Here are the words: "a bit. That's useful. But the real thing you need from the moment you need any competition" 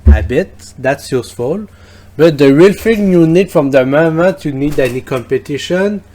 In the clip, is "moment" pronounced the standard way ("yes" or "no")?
no